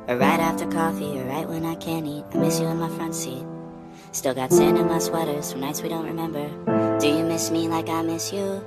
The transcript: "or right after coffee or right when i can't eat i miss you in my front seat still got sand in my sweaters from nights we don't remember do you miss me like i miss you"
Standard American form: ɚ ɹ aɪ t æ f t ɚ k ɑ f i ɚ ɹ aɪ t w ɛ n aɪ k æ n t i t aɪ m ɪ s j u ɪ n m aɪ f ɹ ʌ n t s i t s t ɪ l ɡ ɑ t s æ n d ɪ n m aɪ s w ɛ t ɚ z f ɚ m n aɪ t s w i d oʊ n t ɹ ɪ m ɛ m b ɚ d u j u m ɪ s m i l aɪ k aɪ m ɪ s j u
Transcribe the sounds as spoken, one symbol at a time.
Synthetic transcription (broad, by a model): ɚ ɹ aɪ t æ f t ɚ k ɑ f i ɚ ɹ aɪ t w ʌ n aɪ k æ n i t aɪ m ɪ s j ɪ ɪ n m aɪ f ɹ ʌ n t s i t s t ɪ l ɡ ɑ t s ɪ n ɪ n m aɪ s w ɛ t ɚ z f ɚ n aɪ t s w i d oʊ n t ɹ ɪ m ɛ m b ɚ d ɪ j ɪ m ɪ s m i l aɪ k aɪ m ɪ s j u